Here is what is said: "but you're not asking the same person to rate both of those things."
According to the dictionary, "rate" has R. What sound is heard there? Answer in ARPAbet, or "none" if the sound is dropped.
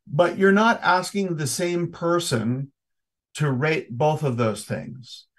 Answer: R